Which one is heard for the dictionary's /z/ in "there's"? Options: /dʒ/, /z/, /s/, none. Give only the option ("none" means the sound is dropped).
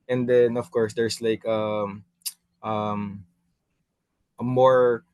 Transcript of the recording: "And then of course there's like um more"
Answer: /s/